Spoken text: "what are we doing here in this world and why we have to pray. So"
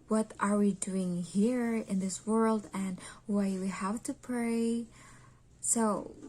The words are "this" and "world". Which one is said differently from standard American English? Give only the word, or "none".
none